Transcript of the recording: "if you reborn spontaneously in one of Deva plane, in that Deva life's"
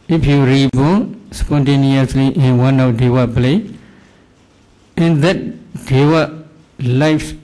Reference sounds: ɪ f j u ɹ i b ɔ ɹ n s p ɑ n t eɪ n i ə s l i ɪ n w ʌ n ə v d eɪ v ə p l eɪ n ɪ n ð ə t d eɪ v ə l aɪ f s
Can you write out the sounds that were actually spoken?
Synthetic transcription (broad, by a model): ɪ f j u ɹ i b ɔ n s p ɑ n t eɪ n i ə s l i ɪ n w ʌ n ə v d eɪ w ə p l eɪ ɪ n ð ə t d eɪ w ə l aɪ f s